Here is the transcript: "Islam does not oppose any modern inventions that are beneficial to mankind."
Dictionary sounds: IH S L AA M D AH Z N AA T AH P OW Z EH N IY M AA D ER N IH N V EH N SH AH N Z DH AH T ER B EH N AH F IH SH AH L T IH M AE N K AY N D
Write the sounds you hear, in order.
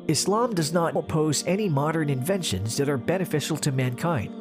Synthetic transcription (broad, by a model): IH S L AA M D AH Z N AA T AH P OW Z EH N IY M AA D ER N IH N V EH N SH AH N Z DH AH T ER B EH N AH F IH SH L T IH M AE N K AY N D